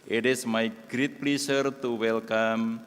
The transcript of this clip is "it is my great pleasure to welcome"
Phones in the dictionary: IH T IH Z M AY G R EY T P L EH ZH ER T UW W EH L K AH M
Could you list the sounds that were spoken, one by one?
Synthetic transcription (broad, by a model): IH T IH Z M AY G R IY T P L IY S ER T UW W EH L K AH M